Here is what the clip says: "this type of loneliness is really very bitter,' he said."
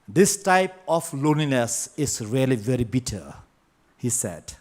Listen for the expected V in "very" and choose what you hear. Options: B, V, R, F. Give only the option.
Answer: V